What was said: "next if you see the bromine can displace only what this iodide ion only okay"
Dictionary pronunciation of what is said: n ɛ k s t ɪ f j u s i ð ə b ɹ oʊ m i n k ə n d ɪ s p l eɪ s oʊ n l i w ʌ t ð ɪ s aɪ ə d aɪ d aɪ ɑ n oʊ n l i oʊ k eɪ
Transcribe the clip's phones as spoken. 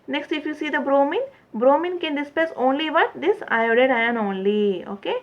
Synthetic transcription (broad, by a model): n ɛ k s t ɪ f j u s i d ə b ɹ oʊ m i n k ə n d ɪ s p eɪ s oʊ n l i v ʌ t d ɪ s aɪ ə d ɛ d aɪ ɑ n oʊ n l i oʊ k eɪ